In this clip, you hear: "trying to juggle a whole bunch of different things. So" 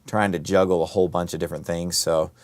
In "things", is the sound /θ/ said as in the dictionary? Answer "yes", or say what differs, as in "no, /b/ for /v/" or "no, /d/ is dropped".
yes